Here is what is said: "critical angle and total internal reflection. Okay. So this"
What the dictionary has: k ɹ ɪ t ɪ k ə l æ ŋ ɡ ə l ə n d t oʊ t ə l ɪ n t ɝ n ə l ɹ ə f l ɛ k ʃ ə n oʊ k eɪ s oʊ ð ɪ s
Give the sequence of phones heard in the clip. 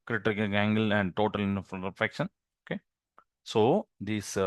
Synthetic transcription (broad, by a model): k ɹ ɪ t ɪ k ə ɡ æ ŋ ɡ ə l ə n d t oʊ t ə l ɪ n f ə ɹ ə f ɛ k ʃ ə n oʊ k eɪ s oʊ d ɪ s